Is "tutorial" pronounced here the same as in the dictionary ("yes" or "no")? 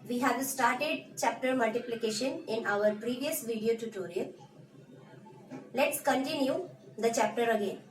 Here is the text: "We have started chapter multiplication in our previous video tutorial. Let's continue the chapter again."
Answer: no